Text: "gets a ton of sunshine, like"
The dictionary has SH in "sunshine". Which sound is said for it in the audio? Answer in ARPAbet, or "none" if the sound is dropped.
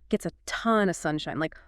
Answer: SH